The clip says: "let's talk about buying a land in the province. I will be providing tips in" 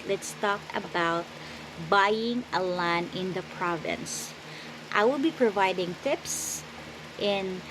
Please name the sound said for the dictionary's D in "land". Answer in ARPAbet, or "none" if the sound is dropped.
none